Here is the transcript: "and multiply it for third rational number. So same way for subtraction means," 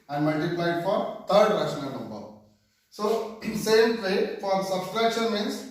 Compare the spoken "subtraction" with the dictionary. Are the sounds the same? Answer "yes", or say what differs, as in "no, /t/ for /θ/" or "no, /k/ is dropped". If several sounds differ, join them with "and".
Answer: no, /s/ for /t/